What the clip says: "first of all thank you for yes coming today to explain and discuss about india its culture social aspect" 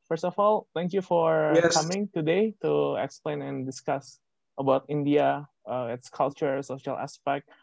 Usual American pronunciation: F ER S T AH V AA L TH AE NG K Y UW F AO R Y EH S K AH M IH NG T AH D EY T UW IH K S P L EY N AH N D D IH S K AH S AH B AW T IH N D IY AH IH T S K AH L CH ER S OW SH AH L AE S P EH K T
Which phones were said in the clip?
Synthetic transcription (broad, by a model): F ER S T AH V AA L T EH NG K Y UW F AO R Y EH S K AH M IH NG T AH D EY T UW IH K S P L EY N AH N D D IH S K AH S AH B AW T IH N D IY AH IH T S K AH L CH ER S OW SH AH L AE S P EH K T